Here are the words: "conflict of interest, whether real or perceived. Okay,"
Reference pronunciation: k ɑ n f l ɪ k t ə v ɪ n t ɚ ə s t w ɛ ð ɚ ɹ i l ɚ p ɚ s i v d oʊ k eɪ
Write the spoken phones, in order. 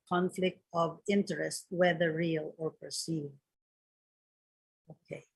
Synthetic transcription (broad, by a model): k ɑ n f l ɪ k t ə v ɪ n t ɚ ə s t w ɛ ð ɚ ɹ i l ɚ p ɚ s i d oʊ k eɪ